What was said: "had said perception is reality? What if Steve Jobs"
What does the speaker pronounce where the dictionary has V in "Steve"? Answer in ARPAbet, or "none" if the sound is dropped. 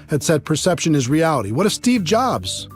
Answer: V